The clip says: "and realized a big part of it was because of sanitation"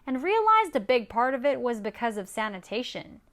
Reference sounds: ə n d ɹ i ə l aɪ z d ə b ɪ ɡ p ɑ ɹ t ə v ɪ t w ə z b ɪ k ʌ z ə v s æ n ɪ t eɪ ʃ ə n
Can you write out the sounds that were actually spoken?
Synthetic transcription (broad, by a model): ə n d ɹ i ə l aɪ z d ə b ɪ ɡ p ɑ ɹ t ə v ɪ t w ə z b ɪ k ʌ z ə v s æ n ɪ t eɪ ʃ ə n